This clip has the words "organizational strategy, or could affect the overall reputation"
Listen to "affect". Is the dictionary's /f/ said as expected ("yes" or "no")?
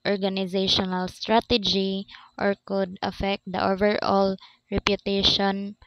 yes